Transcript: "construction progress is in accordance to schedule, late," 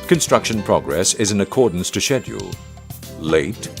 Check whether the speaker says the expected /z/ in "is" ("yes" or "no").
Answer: yes